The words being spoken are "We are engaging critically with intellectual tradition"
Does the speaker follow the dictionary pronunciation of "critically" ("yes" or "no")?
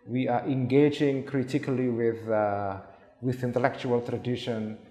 no